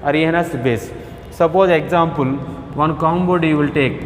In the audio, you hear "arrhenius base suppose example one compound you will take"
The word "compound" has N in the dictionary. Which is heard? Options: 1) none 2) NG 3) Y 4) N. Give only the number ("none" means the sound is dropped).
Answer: 1